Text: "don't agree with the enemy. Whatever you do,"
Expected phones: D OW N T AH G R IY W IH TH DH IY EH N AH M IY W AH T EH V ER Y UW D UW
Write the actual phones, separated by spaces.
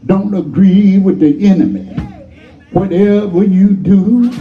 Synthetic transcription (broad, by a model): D OW N T AH G R IY W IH DH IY EH N AH M IY W AH T EH V ER Y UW D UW